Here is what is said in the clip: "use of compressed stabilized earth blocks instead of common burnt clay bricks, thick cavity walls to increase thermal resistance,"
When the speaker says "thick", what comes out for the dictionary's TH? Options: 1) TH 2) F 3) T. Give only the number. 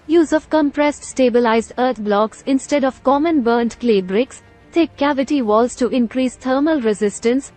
3